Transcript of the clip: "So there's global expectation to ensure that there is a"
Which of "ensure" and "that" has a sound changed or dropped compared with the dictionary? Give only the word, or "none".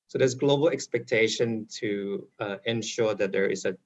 none